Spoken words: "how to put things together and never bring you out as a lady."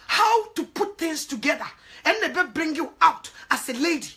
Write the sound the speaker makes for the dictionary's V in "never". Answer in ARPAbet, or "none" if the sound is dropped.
B